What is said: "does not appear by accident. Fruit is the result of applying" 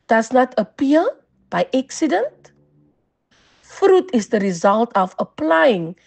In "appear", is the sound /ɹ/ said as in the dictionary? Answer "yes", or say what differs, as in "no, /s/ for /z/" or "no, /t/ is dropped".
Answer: no, /l/ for /ɹ/